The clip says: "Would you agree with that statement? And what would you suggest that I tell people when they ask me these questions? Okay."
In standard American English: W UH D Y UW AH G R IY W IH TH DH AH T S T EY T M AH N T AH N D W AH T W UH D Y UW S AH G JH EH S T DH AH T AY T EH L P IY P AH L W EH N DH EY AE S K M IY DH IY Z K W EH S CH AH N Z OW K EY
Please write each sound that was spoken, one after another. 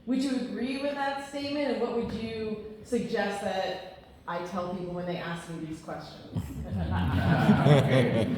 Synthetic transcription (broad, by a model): W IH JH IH AH G R IY W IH DH AH T S T EY T M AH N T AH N W AH T W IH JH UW S AH G JH EH S T DH AH T AY T EH L P IY P L W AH N DH EY AE S K M IY DH IY Z K W EH S CH AH N Z